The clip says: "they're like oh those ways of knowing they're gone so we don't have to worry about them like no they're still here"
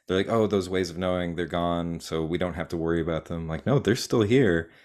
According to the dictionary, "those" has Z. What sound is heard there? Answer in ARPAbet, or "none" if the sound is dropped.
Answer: Z